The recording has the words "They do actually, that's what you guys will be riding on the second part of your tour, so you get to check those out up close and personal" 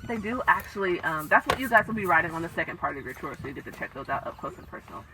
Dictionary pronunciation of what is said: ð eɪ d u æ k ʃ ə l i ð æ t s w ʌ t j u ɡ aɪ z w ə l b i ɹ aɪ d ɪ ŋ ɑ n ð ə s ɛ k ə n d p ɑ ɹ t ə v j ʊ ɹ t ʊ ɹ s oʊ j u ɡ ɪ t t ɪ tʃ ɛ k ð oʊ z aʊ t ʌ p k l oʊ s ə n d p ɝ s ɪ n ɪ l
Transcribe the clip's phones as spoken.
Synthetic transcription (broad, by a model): ð eɪ d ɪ æ k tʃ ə l i ð æ t s w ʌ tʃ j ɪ ɡ aɪ z w ə l b i ɹ aɪ d ɪ ŋ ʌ n ð ə s ɛ k ə n d p ɑ ɹ t ə v j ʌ ɹ t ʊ ɹ s oʊ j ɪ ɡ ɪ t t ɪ tʃ ɛ k ð oʊ z aʊ t ʌ p k l oʊ s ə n p ɝ s n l